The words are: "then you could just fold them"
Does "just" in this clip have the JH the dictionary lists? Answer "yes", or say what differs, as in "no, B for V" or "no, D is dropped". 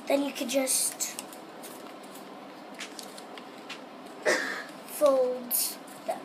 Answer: yes